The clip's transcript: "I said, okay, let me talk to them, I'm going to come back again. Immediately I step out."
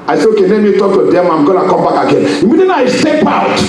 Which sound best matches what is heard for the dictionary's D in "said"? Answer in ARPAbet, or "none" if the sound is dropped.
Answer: none